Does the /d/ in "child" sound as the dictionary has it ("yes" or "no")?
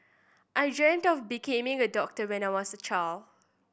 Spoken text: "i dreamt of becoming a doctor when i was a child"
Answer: no